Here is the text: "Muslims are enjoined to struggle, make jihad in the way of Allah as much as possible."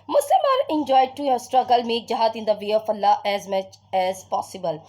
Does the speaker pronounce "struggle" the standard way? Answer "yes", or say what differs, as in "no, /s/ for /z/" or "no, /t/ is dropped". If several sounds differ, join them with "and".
yes